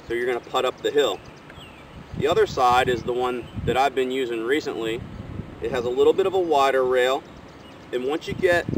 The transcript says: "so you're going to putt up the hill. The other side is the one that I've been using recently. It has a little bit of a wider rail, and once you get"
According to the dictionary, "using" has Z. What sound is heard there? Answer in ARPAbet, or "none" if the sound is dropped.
Z